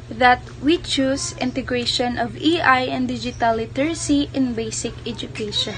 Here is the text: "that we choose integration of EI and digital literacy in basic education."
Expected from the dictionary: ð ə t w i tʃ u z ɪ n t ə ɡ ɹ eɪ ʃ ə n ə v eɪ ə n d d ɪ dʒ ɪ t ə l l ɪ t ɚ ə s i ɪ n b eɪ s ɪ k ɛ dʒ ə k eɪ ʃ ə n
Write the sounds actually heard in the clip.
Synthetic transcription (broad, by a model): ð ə t w i tʃ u s ɪ n t ə ɡ ɹ eɪ ʃ ə n ə v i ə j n d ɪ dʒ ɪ t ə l l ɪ t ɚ s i ɪ n b eɪ s ɪ k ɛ dʒ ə k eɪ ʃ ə n